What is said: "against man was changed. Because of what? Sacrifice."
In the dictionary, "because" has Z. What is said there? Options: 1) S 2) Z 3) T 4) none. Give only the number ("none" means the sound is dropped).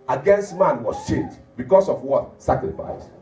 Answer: 1